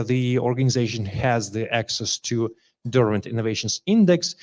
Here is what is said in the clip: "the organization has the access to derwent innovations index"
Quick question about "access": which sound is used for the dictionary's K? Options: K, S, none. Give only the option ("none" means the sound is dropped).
K